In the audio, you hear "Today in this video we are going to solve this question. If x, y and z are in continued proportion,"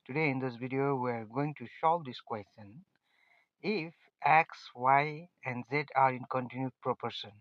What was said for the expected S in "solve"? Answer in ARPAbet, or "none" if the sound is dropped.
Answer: SH